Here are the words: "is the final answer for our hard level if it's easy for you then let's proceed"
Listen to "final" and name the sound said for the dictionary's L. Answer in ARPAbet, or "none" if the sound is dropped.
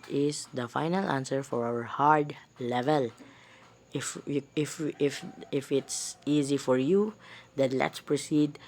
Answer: L